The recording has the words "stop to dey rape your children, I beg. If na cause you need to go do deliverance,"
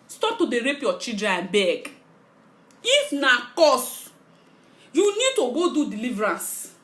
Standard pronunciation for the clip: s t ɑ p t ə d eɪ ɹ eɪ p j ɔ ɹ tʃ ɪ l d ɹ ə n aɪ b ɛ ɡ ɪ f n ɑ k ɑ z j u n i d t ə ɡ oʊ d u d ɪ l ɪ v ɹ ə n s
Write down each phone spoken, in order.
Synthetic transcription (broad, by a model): s t ɑ p t ə d eɪ ɹ eɪ p j ɔ tʃ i d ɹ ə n b ɛ ɡ ɪ f n ɑ k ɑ s j u n i d t ə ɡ oʊ d u d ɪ l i v ɹ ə n s